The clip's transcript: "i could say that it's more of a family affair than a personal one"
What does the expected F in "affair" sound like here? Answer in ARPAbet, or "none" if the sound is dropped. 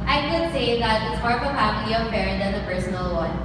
P